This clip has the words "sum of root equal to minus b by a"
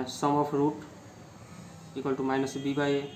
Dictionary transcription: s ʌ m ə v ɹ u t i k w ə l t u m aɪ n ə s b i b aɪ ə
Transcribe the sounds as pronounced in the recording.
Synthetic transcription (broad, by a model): s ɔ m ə p ɹ u t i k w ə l t u m aɪ n ə s b i b aɪ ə